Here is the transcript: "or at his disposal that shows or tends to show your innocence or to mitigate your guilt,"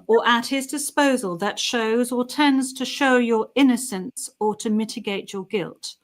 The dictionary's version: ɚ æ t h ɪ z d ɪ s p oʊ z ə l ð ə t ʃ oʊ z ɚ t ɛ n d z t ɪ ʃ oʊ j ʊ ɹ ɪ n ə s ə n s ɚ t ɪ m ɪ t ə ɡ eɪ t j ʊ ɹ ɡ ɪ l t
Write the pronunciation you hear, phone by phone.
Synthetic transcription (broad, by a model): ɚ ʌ t h ɪ z d ɪ s p oʊ z ə l ð ə t ʃ oʊ z ɚ t ɛ n d z t ɪ ʃ oʊ j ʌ ɹ ɪ n ə s ə n s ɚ t ɪ m ɪ t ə ɡ eɪ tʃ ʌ ɹ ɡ ɪ l t